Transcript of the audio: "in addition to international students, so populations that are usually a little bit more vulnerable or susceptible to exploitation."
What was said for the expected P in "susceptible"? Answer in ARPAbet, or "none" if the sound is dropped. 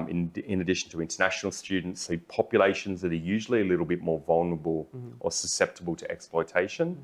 P